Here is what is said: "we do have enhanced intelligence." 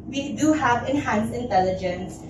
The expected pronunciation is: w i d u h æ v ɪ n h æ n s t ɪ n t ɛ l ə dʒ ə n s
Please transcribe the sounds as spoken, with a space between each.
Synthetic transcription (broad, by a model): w i d u h æ v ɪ n h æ n s ɪ n t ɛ l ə dʒ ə n s